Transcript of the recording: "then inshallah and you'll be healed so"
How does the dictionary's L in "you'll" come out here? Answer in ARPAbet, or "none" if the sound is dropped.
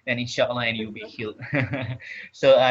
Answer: W